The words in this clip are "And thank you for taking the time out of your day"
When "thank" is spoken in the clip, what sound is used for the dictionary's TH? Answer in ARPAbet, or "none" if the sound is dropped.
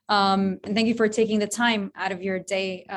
TH